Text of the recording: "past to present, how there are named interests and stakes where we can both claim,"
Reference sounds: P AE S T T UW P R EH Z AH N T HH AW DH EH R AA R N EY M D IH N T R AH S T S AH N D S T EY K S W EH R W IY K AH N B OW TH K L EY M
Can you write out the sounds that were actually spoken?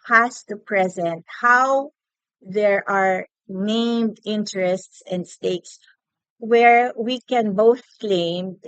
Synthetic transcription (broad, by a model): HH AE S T T UW P R EH Z AH N T HH AW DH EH R AA R N EY M D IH N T R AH S T S AH N D S T EY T S W EH R W IY K AH N B OW TH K L EY M